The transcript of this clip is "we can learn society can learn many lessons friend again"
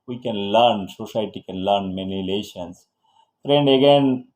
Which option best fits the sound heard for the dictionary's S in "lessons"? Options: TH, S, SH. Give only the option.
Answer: SH